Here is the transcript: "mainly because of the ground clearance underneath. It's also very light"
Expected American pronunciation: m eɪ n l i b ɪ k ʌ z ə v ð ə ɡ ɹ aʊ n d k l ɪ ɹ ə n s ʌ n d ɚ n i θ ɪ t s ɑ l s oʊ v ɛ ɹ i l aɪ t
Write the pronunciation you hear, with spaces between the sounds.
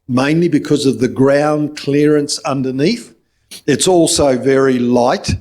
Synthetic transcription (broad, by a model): m eɪ n l i b ɪ k ʌ z ə v ð ə ɡ ɹ aʊ n k l ɪ ɹ ə n s ʌ n d ɚ n i θ ɪ t s ɑ l s oʊ v ɛ ɹ i l aɪ t